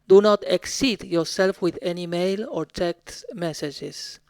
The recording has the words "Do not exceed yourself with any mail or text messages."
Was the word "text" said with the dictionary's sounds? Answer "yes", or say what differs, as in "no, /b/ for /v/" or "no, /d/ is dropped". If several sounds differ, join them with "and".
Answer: no, /s/ is dropped